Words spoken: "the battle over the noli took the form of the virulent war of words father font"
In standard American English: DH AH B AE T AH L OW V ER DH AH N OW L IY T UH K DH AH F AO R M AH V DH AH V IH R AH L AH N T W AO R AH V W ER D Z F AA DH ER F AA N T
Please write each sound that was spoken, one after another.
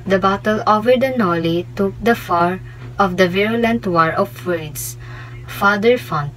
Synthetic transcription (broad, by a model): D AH B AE T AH L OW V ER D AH N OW L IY T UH K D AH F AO R AH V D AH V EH R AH L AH N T W AO R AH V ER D S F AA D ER F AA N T